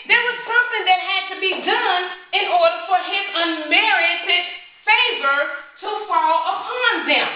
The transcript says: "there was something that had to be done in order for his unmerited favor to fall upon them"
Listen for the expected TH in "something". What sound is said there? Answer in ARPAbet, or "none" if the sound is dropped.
TH